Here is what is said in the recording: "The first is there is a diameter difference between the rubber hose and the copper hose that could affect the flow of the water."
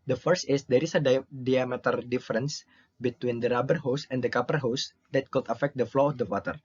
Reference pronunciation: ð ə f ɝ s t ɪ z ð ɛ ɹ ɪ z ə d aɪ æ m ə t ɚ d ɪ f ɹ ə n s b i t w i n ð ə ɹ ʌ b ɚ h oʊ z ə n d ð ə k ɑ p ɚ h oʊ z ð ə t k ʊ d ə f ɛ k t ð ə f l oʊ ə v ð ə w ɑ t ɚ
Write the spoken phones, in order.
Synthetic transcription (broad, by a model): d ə f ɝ s ɪ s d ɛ ɹ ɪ s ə d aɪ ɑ m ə t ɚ d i f ɹ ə n s b i t w i n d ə ɹ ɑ b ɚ h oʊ s ə n d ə k ɑ p ɚ h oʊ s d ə t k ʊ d ə f ɛ k t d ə f l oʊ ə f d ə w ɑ t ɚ